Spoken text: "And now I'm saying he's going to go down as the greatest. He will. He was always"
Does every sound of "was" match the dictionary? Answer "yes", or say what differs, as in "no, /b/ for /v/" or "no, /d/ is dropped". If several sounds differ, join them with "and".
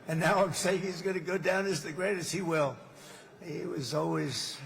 yes